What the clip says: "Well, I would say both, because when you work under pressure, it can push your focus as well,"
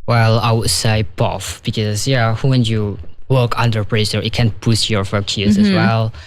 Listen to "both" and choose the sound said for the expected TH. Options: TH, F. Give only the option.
F